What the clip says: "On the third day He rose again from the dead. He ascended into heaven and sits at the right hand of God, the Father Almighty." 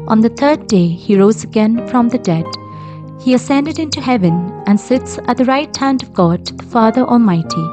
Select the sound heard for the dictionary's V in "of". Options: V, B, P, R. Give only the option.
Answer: V